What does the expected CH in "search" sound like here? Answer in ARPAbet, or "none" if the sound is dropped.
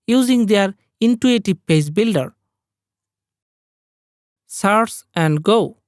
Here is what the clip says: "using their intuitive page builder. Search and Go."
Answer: S